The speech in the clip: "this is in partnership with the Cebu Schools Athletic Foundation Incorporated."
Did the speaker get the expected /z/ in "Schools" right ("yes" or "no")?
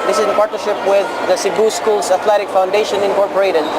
no